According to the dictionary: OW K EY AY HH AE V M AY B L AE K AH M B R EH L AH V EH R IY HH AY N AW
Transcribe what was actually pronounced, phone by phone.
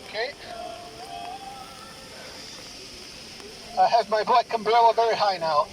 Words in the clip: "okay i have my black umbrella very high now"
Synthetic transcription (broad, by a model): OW K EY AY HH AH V M AY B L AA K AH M B L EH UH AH V EH R IY HH AY N AW